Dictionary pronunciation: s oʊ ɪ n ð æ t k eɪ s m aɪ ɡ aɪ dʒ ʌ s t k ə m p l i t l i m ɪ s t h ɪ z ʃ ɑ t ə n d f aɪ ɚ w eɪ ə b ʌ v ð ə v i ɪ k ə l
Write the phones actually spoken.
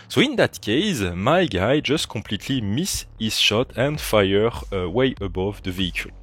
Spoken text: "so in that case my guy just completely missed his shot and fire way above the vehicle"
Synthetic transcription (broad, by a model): s oʊ ɪ n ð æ t k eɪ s m aɪ ɡ aɪ dʒ ʌ s t k ə m p l i t l i m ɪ s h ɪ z ʃ ɑ t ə n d f aɪ ɚ w eɪ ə b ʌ v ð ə v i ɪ k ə l